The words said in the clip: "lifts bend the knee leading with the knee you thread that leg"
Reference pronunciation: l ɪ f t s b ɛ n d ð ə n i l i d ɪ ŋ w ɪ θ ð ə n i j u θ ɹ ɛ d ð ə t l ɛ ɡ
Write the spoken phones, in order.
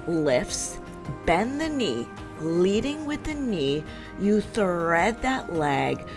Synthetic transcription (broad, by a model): l ɪ f s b ɛ n ð ə n i l i d ɪ ŋ w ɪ ð ə n i j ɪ θ ɹ ɛ d ð ə t l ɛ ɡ